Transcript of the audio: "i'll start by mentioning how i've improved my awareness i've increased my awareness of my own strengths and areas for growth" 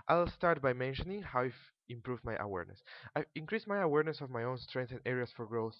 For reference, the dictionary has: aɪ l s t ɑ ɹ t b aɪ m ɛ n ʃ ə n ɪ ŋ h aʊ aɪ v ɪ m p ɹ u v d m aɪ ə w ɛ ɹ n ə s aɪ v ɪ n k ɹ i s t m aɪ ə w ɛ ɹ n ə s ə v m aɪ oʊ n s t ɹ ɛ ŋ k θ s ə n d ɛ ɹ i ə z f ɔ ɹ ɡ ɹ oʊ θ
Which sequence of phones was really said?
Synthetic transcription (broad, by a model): aɪ l s t ɑ ɹ t b aɪ m ɛ n ʃ ə n ɪ ŋ h aʊ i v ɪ m p ɹ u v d m aɪ ə w ɛ ɹ n ə s aɪ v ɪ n k ɹ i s m aɪ ə w ɛ ɹ n ə s ə v m aɪ oʊ n s t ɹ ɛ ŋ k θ ə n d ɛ ɹ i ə s f ɔ ɹ ɡ ɹ oʊ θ